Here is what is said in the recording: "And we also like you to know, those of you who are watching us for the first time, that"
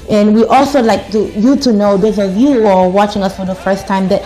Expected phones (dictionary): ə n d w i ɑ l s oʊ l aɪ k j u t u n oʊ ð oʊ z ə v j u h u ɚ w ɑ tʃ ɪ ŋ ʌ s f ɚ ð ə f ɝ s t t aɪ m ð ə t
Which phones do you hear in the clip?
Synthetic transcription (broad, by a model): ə n w i ɑ l s oʊ l aɪ k j u t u n oʊ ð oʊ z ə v j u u ɚ w ɑ tʃ ɪ ŋ ʌ s f ɚ ð ə f ɝ s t t aɪ m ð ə t